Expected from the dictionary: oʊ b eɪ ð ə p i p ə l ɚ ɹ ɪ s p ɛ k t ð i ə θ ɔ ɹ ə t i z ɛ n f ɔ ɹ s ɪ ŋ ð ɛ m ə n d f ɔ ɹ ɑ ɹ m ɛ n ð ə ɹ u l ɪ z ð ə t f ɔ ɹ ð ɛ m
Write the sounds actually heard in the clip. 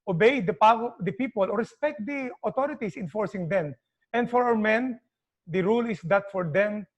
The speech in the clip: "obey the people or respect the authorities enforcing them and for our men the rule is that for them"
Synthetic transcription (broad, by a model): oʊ b eɪ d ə p i p ə l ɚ ɹ ɪ s p ɛ k t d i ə t ɔ ɹ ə t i s ɛ n f ɔ ɹ s ɪ ŋ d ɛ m ə n d f ɔ ɹ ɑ w m ɛ n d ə ɹ u l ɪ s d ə t f ɔ ɹ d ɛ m